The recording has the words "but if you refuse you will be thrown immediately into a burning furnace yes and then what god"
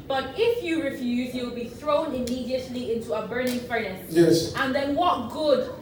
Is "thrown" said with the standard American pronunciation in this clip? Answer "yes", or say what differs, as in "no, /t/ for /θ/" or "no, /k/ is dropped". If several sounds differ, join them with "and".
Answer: yes